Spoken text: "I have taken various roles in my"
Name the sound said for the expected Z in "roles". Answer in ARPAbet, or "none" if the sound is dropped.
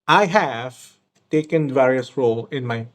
none